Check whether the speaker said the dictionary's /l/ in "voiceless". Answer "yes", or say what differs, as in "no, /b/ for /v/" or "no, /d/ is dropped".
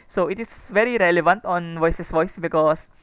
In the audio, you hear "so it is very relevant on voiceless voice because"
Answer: no, /l/ is dropped